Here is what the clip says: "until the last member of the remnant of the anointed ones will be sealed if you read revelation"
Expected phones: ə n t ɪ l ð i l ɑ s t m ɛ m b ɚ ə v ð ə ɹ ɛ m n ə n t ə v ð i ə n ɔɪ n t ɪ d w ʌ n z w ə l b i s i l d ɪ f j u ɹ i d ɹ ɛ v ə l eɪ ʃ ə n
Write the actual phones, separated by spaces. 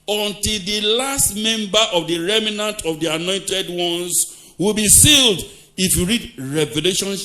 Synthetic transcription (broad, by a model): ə n t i l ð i l ɑ s t m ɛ m b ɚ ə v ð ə ɹ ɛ m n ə n t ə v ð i ə n ɔɪ n t ɪ d w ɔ n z w ə l b i s i l d ɪ f j u ɹ i d ɹ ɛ v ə l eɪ ʃ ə n